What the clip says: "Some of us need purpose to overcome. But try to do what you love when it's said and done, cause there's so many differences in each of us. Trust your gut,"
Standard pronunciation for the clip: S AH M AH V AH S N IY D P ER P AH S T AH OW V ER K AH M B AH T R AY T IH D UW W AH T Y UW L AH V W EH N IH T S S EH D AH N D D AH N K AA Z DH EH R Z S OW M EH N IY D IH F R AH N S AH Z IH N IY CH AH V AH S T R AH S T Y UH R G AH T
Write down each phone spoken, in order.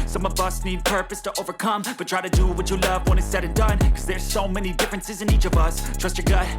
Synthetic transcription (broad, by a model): S AH M AH V AH S N IY D P ER P AH S T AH OW V ER K AH M B AH T R AY T IH D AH W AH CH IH L AH V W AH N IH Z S S EH D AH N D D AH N K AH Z DH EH R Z S OW M EH N IY D IH F R AH N S AH Z IH N IY CH AH V AH S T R AH S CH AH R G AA